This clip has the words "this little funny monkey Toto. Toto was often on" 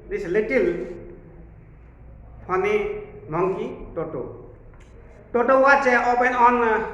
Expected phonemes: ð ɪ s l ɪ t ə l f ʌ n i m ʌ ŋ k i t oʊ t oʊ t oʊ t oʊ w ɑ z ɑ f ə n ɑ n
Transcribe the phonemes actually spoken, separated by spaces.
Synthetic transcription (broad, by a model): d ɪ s l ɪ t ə l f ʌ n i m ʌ ŋ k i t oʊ t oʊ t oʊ t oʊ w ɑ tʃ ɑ p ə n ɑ n